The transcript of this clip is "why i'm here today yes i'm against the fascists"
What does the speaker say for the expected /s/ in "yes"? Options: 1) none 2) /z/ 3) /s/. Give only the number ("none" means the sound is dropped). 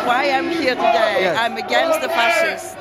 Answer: 1